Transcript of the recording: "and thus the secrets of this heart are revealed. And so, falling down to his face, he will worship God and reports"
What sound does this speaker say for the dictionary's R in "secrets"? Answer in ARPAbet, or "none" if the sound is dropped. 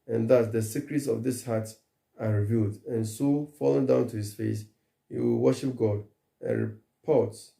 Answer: R